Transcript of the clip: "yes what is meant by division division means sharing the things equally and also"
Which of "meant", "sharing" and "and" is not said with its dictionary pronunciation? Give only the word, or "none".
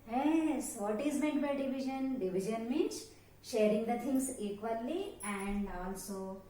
meant